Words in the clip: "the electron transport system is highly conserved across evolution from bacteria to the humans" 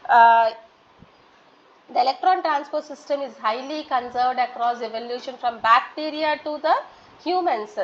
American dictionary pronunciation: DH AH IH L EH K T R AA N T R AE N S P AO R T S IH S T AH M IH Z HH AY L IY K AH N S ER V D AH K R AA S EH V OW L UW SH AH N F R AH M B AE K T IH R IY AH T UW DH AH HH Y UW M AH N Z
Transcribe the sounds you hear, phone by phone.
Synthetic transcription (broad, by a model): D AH IH L EH K T R AA N T R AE N S P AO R T S IH S T AH M IH Z HH AY L IY K AH N S ER V D AH K R AA S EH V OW L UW SH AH N F R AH M B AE K T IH R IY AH T UW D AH HH Y UW M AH N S